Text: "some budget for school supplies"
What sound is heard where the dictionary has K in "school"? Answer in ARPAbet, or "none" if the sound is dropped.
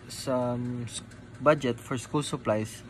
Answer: K